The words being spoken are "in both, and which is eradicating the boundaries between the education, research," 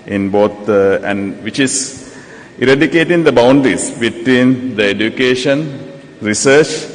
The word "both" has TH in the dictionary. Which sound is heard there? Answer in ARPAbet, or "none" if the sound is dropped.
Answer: T